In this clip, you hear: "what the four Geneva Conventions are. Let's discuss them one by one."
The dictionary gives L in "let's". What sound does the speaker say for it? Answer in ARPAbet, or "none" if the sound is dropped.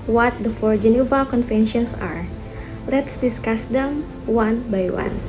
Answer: L